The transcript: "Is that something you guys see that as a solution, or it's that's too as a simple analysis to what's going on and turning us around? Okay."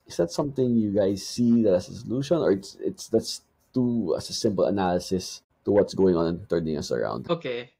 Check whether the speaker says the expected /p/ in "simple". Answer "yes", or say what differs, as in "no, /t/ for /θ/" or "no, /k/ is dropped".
yes